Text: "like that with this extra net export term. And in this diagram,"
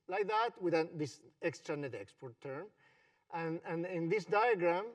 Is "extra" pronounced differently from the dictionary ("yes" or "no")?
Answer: no